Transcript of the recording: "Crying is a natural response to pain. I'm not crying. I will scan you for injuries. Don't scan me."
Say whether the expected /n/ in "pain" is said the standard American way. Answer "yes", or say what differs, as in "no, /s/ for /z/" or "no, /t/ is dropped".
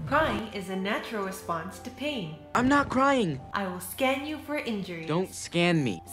yes